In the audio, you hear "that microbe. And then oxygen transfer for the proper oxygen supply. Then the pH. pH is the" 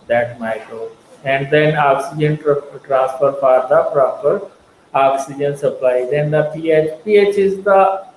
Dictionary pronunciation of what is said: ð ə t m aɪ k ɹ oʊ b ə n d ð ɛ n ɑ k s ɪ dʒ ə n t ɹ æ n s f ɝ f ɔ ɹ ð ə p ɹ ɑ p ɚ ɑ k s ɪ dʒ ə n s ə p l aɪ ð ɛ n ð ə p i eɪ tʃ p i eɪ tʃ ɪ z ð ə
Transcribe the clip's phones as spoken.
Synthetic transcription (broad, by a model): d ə t m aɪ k ɹ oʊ ə n d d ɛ n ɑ k s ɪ dʒ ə n t ɹ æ n s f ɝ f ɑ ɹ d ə p ɹ ɑ p ɚ ɑ k s ɪ dʒ ə n s ə p l aɪ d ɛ n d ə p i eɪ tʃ p i eɪ tʃ ɪ z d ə